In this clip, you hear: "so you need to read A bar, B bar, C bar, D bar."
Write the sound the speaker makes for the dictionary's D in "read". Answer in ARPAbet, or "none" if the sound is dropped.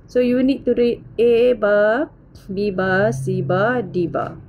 none